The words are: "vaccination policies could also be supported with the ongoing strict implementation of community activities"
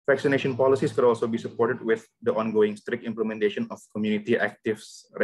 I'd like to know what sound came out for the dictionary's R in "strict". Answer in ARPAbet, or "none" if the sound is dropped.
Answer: R